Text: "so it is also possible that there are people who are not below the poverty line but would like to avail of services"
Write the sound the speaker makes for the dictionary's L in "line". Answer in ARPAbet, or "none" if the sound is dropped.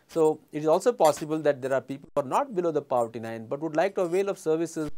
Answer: N